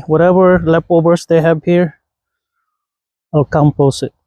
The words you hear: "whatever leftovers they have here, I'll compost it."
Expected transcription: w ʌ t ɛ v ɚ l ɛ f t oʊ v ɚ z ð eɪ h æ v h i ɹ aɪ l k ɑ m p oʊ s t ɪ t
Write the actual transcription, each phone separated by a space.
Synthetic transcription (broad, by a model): w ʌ t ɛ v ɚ l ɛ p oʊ b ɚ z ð eɪ h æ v h i ɹ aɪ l k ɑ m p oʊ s ɪ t